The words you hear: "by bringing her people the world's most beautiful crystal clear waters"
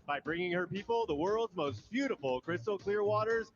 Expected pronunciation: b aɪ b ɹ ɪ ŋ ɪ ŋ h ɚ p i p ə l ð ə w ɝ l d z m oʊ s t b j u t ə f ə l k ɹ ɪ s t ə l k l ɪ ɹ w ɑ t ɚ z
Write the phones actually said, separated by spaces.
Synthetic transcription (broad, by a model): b aɪ b ɹ ɪ ŋ ɪ ŋ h ɚ p i p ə l ð ə w ɝ l d z m oʊ s t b j u t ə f l k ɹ ɪ s t l k l ɪ ɹ w ɑ t ɚ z